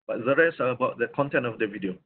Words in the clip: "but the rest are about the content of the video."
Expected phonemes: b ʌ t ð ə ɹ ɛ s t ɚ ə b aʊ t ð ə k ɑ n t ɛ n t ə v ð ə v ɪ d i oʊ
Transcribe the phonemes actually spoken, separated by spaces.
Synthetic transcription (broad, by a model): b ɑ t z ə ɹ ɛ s ɚ ə b aʊ t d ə k ɑ n t ɛ n t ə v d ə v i d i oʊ